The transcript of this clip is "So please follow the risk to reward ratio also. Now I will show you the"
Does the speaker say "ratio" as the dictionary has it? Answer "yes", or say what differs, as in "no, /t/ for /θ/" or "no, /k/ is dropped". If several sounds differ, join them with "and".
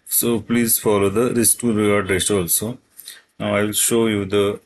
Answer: no, /s/ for /ʃ/